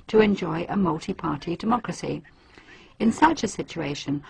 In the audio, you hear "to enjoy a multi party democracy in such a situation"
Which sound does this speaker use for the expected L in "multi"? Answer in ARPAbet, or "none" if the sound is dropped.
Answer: L